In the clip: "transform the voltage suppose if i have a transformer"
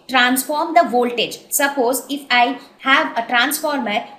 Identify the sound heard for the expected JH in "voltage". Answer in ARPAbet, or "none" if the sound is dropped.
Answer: JH